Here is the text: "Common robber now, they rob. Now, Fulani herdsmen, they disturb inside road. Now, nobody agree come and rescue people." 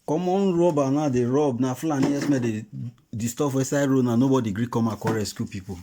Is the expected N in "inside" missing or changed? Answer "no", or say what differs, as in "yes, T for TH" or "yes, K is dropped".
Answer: yes, N is dropped